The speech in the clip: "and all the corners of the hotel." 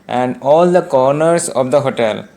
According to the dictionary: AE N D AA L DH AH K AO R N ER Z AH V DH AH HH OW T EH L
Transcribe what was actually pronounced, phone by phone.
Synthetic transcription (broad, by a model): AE N D AA L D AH K AO R N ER S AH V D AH HH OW T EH L